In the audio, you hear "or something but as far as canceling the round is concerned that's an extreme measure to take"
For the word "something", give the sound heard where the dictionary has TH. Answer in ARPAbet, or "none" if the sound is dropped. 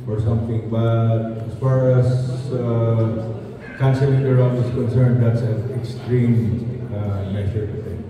T